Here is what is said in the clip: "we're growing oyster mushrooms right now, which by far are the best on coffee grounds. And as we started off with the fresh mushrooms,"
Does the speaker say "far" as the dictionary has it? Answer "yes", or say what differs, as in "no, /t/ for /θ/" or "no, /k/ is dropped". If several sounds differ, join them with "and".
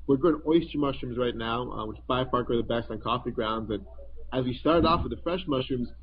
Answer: no, /p/ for /f/